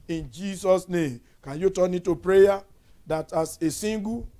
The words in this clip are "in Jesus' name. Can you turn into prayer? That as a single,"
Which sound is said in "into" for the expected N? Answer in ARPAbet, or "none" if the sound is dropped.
none